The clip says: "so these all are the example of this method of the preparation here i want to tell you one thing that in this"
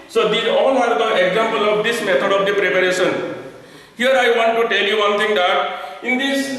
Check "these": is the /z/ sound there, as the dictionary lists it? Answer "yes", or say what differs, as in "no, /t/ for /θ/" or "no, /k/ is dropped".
no, /z/ is dropped